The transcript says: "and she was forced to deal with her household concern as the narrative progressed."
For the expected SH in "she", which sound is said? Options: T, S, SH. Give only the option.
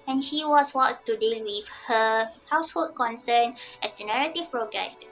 SH